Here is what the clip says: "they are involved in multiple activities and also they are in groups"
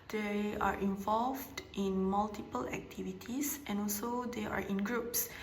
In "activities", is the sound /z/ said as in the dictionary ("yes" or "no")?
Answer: no